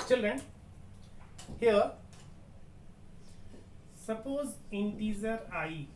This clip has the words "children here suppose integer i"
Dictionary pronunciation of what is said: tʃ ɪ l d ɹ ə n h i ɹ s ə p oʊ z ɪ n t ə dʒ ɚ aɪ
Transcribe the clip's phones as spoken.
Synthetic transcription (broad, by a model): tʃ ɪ l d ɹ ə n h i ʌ s ə p oʊ z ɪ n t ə z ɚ aɪ